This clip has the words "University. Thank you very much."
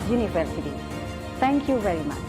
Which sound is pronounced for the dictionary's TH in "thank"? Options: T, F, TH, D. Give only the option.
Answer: T